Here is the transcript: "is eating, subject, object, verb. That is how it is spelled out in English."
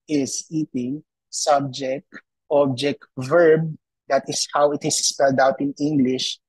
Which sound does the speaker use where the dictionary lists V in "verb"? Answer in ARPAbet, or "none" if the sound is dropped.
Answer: V